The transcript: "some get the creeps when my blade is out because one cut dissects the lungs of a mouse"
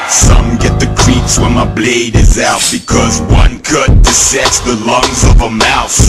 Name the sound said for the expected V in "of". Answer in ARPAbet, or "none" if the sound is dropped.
V